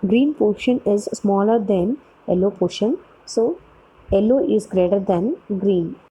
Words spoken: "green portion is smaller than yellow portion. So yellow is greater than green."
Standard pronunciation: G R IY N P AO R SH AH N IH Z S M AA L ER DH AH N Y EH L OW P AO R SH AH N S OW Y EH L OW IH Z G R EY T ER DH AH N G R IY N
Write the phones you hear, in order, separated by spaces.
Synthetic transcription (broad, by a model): G R IY N P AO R SH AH N IH Z S M AA L ER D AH N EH L OW P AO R SH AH N S OW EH L OW IH Z G R EY T ER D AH N G R IY N